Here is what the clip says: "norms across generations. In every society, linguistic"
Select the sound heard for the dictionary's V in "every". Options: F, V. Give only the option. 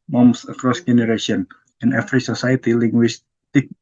F